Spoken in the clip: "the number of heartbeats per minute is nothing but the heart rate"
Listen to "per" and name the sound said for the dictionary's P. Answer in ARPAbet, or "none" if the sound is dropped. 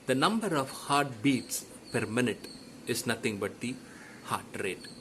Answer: P